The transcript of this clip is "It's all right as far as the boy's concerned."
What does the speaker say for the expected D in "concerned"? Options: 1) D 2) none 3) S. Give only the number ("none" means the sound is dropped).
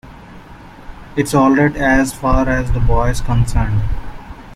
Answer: 1